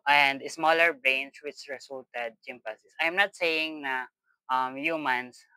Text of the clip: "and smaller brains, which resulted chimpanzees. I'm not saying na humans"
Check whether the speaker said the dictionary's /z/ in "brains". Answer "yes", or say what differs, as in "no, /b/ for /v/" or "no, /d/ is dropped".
no, /s/ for /z/